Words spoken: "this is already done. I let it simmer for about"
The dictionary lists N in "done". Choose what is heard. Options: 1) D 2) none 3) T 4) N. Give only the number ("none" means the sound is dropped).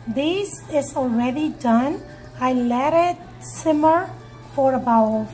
4